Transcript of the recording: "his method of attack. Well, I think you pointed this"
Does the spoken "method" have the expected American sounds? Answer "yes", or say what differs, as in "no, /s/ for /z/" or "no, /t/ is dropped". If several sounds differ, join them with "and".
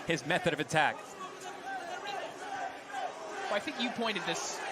yes